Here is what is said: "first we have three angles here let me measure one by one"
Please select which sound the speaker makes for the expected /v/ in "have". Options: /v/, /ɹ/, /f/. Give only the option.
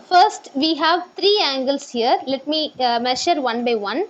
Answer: /v/